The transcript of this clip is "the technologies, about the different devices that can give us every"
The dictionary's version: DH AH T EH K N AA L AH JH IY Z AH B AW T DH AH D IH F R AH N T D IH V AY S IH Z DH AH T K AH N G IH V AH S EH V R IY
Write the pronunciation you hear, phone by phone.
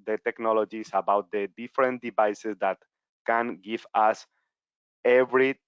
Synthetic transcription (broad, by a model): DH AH T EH K N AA L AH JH IY S AH B AW T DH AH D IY F R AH N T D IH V AY S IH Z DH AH T K AH N G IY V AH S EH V R IY